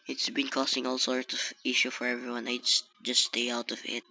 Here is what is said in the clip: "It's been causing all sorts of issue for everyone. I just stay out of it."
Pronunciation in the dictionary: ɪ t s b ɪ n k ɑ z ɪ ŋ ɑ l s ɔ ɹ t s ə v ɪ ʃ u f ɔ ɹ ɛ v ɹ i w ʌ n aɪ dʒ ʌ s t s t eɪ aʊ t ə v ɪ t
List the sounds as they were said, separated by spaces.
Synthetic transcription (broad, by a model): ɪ t s b ɪ n k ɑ s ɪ ŋ ɑ l s ɔ ɹ t s ə v ɪ ʃ u f ɔ ɹ ɛ v ɹ i w ʌ n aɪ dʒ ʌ s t s t eɪ aʊ t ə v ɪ t